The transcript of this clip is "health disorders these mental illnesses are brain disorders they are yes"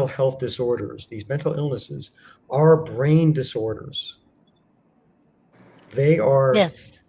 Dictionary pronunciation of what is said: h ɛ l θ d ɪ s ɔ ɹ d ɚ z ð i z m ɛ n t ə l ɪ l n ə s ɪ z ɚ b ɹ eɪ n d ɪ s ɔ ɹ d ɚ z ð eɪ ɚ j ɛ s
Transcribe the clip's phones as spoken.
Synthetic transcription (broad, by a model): h ɛ l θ d ɪ s ɔ ɹ d ɚ z ð i z m ɛ n t l ɪ l n ə s ɪ z ɚ b ɹ eɪ n d ɪ s ɔ ɹ d ɚ z ð eɪ ɚ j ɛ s